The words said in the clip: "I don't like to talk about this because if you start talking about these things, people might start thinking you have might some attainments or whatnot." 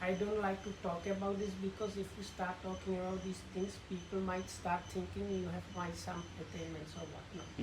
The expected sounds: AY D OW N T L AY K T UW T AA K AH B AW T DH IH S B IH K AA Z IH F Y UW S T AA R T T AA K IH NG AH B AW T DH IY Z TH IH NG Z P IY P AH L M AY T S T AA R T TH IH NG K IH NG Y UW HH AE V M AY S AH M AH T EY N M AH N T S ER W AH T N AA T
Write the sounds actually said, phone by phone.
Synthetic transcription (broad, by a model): AY D OW N T L AY K T UW T AA K AH B AW T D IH S B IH K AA S IH F Y UW S T AA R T T AA K IH NG AH B AW T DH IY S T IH NG S P IY P AH L M AY T S T AA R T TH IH NG K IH NG Y UW HH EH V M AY S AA M AH T EY N M AH N T S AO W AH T N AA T